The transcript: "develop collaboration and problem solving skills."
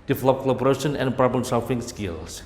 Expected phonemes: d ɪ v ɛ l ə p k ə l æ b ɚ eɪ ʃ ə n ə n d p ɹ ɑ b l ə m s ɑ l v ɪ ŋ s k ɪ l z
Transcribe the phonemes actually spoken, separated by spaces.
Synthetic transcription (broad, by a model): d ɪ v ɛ l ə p k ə l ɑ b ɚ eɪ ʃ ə n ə n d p ɹ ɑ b ə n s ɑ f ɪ ŋ s k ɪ l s